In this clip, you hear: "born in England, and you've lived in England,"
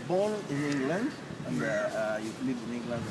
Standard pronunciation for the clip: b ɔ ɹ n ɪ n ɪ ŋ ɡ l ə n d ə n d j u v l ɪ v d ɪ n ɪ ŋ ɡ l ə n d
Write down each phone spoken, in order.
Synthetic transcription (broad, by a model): b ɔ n ɪ n ɪ ŋ ɡ l ə n d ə n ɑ j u l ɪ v ɪ n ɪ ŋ ɡ l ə n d